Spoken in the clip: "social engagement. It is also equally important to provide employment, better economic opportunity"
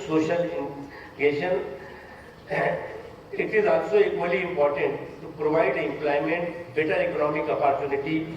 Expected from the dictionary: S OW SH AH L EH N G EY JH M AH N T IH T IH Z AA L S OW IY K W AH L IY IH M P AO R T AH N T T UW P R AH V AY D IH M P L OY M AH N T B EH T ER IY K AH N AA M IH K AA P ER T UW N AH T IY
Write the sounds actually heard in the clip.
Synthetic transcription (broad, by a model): S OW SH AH L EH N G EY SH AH N IH T IH Z AA L S OW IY K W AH L IY IH M P AO R T AH N T T UW P R AH V AY D IH M P L OY M AH N T B EH T ER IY K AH N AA M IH K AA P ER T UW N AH T IY